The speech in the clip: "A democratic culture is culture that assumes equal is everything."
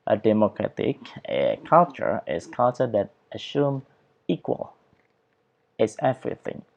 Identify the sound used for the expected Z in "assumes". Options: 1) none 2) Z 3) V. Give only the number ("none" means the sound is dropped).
1